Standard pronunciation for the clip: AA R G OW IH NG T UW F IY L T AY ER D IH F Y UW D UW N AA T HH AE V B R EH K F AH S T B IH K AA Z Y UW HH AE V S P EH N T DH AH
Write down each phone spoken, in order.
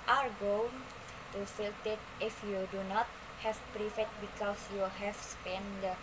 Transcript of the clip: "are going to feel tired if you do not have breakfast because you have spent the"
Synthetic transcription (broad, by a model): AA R G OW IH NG T UW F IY L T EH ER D IH F Y UW D UW N AA T HH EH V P R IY F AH T B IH K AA S Y UW HH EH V S P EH N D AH